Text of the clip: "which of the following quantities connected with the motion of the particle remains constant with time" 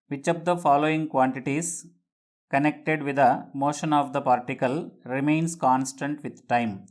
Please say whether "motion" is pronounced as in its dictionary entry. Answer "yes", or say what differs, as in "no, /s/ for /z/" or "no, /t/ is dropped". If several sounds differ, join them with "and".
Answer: yes